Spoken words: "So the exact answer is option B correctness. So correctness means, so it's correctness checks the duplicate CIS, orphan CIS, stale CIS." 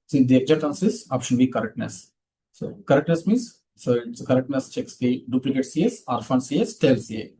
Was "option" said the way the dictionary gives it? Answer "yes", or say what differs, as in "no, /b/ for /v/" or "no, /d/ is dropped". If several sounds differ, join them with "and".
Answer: yes